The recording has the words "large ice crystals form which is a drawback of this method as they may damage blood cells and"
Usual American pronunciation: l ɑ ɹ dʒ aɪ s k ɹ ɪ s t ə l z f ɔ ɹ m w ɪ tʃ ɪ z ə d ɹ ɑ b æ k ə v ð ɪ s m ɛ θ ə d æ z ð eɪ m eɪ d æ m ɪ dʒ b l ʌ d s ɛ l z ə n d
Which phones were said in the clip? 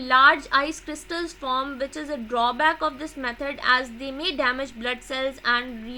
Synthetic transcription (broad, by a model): l ɑ ɹ dʒ aɪ s k ɹ ɪ s t ə l z f ɔ ɹ m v ɪ tʃ ɪ z ə d ɹ ɑ b æ k ə v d ɪ s m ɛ t ə d æ z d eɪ m eɪ d æ m ɪ dʒ b l ʌ d s ɛ l z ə n d